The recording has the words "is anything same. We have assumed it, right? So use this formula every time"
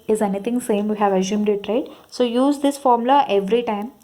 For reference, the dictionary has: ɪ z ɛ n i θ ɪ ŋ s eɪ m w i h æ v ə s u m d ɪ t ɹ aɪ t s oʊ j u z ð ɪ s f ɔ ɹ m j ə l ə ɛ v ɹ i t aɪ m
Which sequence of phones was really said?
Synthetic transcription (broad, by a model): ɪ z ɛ n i t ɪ ŋ s eɪ m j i h æ v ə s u m d ɪ t ɹ aɪ t s oʊ j u z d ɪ s f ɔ ɹ m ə l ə ɛ v ɹ i t aɪ m